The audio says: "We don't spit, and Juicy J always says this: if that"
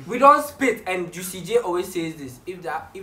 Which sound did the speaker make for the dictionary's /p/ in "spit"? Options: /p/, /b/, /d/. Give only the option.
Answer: /p/